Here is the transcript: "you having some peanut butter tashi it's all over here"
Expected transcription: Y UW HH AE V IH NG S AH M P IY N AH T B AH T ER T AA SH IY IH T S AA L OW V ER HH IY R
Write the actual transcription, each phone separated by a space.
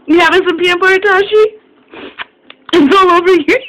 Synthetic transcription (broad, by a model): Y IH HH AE V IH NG S AH M P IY AH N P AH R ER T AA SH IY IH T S AA L OW V ER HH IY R